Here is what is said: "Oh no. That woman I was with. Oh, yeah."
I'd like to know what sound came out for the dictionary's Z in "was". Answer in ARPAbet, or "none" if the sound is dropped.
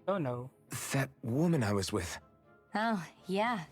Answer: Z